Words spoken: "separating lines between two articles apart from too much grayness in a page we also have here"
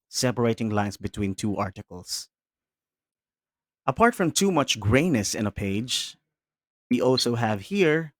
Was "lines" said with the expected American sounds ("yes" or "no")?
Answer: no